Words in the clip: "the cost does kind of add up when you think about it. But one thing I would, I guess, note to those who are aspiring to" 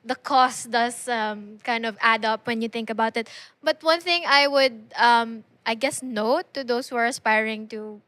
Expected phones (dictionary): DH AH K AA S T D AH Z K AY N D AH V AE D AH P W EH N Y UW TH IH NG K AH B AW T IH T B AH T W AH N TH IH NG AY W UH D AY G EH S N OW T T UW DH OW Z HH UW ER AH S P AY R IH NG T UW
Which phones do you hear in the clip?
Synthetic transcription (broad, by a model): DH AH K AA S T D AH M K AY N D AH V AE D AH P W EH N Y UW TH IH NG K AH B AW T IH T B AH T W AH N TH IH NG AY W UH D AY G EH S N OW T T UW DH OW S HH UW ER AH S P AY R IH NG T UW